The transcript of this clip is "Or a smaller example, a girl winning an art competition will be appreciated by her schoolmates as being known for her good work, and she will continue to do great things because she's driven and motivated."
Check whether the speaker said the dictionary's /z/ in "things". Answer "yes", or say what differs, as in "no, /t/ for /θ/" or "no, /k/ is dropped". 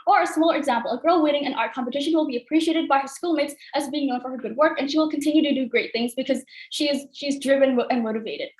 yes